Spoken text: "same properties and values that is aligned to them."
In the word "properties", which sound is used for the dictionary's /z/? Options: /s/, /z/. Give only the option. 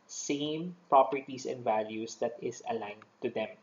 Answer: /s/